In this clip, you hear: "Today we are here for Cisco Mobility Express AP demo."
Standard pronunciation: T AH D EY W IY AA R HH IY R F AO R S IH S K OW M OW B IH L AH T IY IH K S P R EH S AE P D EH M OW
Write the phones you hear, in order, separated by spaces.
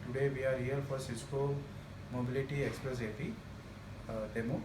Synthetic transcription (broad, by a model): T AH D EY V IY AA R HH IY L F AO R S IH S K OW M OW B IH L AH T IY IH K S P R EH S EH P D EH M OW